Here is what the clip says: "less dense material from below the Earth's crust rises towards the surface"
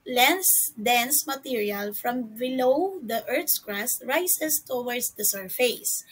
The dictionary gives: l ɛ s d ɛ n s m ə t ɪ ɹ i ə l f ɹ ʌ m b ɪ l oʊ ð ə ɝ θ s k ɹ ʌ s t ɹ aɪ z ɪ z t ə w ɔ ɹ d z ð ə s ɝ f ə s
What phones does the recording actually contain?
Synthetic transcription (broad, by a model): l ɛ s d ɛ n s m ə t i ɹ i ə l f ɹ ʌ m b ɪ l oʊ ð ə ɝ t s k ɹ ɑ s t ɹ aɪ s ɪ s t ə w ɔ ɹ d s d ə s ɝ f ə s